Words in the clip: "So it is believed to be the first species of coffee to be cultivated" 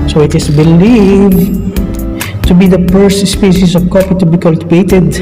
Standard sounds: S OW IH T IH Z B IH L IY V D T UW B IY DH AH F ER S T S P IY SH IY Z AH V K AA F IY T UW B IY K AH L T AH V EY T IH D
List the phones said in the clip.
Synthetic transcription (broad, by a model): S OW IH T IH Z B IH L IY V T UW B IY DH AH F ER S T S P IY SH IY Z AH V K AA P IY T UW B IY K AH L T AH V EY T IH D